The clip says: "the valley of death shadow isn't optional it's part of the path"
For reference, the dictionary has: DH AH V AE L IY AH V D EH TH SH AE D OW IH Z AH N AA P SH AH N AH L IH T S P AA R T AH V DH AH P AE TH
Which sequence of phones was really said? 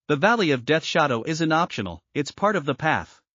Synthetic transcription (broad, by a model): DH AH V AE L IY AH V D EH TH SH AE D OW IH Z AH N AA P SH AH N L IH T S P AA R T AH V DH AH P AE TH